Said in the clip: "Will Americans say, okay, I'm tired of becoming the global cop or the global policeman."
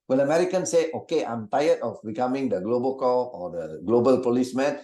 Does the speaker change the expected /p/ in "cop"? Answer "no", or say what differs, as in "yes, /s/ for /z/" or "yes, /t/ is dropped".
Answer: yes, /p/ is dropped